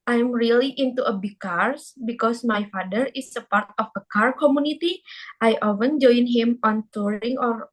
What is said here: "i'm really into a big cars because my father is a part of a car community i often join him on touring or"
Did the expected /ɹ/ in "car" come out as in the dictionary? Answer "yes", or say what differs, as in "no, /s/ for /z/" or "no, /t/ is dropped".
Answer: yes